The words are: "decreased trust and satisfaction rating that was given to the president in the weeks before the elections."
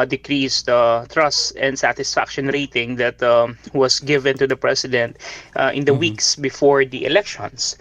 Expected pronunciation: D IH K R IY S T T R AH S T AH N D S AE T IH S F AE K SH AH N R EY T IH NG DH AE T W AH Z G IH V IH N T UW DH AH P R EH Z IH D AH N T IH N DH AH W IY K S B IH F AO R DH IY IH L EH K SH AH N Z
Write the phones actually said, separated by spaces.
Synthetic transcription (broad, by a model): D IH K R IY S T T R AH S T AH N D S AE T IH S F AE K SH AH N R EY T IH NG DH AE T W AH S G IH V IH N T UW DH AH P R EH S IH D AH N T IH N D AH W IY K S B IH F AO R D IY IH L EH K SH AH N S